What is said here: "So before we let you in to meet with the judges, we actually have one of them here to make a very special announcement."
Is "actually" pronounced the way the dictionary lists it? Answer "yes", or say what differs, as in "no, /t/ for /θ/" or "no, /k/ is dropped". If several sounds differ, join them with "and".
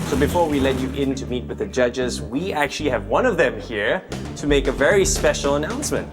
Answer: yes